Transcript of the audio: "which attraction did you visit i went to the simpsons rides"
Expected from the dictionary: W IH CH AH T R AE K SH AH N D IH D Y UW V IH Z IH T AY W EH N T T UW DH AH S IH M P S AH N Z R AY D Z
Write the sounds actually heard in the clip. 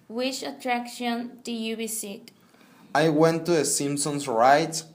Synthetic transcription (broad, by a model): W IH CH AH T R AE K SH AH N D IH Y UW B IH S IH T AY W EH N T T UW DH AH S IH M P S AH N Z R AY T